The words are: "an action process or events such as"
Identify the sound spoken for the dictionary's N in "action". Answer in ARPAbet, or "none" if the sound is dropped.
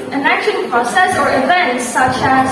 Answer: L